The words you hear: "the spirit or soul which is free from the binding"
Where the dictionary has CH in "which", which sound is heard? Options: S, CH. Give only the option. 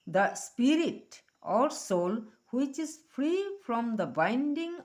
CH